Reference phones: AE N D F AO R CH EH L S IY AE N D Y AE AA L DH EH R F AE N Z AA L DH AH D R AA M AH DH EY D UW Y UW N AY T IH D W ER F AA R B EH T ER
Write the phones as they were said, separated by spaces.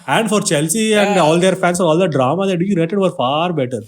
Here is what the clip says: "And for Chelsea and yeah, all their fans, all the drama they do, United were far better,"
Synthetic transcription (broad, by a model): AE N D F AO R CH EH L S IY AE N D AA L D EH R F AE N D AA L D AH D R AA M AH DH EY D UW Y UW N AY T IH D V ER F AA R B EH T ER